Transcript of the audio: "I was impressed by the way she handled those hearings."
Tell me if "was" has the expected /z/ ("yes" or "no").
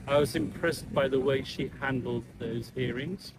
yes